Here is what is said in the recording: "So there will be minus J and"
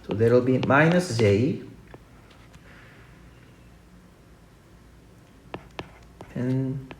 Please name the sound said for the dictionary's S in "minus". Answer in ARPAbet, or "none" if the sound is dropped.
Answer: S